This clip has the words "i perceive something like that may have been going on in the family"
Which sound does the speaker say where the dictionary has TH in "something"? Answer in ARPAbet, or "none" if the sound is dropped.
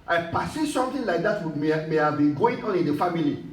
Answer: T